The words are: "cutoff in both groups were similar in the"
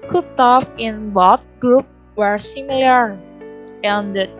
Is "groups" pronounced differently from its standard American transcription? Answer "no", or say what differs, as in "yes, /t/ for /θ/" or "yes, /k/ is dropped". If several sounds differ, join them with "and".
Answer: yes, /s/ is dropped